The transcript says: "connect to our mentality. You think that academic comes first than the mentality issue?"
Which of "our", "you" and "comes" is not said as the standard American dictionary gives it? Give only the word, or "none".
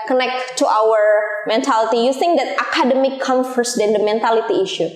comes